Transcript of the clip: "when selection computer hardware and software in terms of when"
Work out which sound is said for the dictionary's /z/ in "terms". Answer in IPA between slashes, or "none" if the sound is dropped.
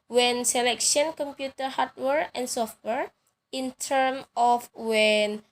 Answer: none